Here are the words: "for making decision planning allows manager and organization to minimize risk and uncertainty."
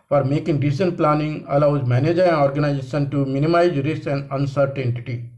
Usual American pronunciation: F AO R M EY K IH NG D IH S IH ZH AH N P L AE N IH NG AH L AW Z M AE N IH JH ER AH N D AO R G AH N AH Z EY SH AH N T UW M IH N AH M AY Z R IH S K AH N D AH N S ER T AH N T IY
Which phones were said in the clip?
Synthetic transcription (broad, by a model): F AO R M EY K IH NG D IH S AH N P L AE N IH NG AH L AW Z M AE N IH JH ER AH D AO R G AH N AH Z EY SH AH N T UW M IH N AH M AY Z R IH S AH N D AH N S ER T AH N T IY